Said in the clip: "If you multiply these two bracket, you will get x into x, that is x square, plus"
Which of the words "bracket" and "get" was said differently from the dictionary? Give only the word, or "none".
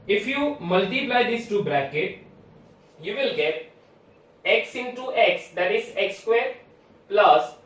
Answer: none